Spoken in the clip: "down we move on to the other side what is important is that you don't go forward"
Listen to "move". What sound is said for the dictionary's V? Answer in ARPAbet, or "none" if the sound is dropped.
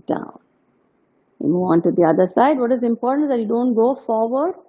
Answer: none